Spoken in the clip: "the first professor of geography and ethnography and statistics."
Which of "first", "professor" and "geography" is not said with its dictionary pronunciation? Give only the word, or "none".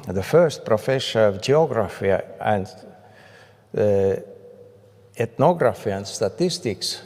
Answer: professor